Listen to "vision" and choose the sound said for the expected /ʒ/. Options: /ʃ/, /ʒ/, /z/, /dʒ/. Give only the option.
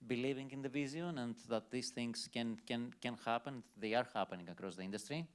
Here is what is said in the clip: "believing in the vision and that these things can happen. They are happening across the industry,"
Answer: /z/